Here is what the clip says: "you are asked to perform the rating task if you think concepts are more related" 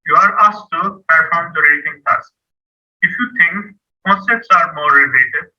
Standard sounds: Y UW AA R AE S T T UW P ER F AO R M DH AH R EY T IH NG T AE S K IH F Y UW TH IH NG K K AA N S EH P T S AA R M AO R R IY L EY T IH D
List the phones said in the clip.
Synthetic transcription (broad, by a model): Y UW AA R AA S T T UW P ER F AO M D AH R EY T IH NG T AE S IH F Y UW T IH NG K K AA N S EH P T S AA R M AO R R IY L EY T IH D